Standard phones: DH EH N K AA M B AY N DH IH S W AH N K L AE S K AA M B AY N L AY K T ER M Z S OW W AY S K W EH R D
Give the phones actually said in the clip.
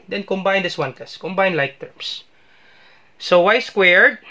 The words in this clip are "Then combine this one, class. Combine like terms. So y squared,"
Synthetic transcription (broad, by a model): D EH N K AA M B AY N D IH S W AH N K AA S K AA M B AY N L AY K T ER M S S OW W AY S K W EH R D